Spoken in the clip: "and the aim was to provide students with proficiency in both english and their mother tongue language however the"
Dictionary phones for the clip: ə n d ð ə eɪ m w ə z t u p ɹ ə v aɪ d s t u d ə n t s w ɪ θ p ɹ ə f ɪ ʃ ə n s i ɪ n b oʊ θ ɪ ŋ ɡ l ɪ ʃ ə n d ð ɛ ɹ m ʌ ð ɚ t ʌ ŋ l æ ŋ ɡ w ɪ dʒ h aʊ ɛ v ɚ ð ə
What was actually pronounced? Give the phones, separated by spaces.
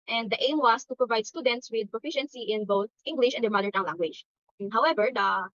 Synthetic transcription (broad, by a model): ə n d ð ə eɪ m w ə s t u p ɹ ə v aɪ d s t u d ə n t s w ɪ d p ɹ ə f ɪ ʃ ə n s i ɪ n b oʊ θ ɪ ŋ ɡ l ɪ ʃ ə n d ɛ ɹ m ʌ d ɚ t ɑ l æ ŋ ɡ w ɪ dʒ h aʊ ɛ v ɚ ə